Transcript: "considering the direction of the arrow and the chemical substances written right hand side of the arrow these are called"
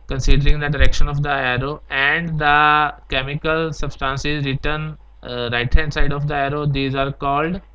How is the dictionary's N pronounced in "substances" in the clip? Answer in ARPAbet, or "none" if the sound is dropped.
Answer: N